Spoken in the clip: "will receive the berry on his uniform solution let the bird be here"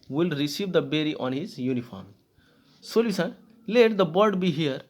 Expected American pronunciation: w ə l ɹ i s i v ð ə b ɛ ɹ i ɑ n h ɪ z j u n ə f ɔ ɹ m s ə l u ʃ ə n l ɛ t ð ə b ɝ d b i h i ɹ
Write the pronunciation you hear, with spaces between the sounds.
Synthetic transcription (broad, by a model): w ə l ɹ i s i v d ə b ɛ ɹ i ɑ n h ɪ z j u n ə f ɔ ɹ m s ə l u s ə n l ɛ t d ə b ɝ d b i h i ɹ